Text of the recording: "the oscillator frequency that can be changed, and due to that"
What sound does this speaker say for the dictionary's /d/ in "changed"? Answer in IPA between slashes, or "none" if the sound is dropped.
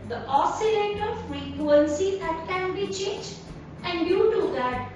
none